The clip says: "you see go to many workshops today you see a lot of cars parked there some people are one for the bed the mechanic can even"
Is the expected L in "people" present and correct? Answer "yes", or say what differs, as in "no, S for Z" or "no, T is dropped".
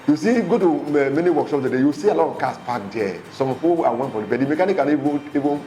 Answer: no, W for L